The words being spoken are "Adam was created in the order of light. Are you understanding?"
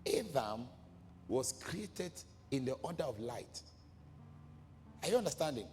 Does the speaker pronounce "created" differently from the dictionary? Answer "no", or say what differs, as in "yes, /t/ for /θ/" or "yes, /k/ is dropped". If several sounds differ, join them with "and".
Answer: no